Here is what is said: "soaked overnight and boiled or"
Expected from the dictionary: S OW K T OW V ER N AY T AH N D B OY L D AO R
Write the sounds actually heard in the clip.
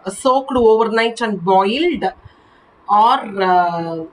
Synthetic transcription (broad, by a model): S OW K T OW V ER N AY T AH N D B OY L D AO R